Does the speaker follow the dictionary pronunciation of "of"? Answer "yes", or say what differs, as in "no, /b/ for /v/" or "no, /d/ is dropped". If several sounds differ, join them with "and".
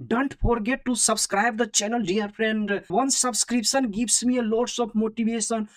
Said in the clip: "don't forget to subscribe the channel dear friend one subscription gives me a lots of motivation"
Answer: no, /p/ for /v/